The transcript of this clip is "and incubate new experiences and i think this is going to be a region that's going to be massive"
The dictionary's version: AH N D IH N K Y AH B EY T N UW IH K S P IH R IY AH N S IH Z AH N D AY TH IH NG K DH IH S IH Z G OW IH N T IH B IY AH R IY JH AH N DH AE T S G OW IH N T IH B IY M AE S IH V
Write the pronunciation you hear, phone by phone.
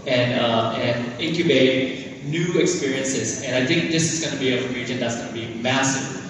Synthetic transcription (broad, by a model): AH N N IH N K Y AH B EY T N UW IH K S P IH R IY AH N S IH Z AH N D AY TH IH NG K DH IH S IH Z G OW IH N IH B IY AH R IY JH AH N DH AE T S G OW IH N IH B IY M AE S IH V